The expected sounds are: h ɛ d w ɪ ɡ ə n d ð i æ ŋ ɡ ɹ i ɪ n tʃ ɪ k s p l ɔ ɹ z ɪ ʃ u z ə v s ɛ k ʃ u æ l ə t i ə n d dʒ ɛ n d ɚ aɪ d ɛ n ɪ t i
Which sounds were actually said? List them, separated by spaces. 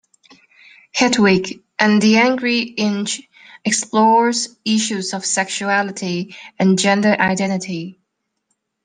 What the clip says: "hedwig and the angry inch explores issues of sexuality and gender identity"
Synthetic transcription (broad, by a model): h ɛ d w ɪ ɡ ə n ð i æ ŋ ɡ ɹ i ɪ n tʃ ɪ k s p l ɔ ɹ z ɪ ʃ u z ə v s ɛ k ʃ u æ l ə t i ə n dʒ ɛ n d ɚ aɪ d ɛ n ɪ t i